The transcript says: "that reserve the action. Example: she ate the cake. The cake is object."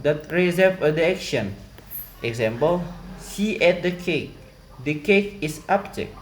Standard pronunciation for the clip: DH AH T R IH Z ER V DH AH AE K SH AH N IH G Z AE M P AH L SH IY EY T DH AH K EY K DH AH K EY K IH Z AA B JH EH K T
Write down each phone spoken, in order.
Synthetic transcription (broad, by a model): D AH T R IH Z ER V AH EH K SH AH N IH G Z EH M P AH L S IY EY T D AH K EY K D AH K EY K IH S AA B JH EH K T